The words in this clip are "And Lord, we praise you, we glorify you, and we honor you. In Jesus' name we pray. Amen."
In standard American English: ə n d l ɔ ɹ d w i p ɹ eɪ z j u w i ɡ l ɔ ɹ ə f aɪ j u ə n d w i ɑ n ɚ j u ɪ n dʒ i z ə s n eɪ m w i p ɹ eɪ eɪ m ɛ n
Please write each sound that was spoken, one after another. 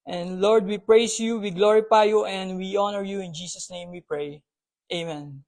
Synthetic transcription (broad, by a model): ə n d l ɔ ɹ d w i p ɹ eɪ s j u w i ɡ l ɔ ɹ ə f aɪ j u ə n d w i ɑ n ɚ j u ɪ n dʒ i s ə s n eɪ m w i p ɹ eɪ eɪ m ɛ n